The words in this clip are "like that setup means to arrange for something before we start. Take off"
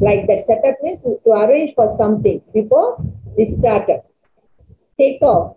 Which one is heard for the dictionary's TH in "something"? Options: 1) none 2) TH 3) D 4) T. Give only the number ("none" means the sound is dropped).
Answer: 4